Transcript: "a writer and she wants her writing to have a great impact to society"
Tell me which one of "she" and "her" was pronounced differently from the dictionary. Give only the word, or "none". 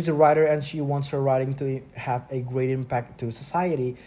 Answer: none